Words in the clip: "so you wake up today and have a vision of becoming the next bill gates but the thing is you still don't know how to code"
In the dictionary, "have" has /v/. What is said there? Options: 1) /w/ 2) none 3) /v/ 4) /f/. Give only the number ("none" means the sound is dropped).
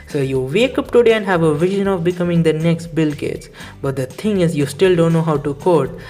3